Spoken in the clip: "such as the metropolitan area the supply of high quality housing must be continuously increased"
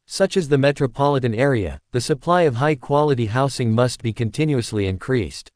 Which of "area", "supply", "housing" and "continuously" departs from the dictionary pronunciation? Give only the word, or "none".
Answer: housing